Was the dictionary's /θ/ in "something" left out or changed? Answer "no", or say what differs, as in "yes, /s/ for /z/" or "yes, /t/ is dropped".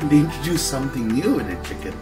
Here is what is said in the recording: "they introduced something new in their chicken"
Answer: no